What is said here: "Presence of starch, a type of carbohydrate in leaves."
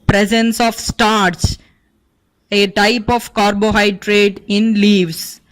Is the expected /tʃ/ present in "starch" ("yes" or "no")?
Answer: no